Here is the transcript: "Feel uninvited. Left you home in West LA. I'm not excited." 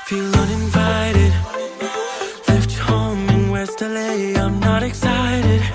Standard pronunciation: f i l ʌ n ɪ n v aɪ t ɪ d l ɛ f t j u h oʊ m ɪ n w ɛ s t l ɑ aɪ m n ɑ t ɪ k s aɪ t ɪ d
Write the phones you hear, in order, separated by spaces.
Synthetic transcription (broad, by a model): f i l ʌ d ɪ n v aɪ t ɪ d l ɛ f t h oʊ ɪ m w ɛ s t l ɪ aɪ m n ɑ t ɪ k s aɪ t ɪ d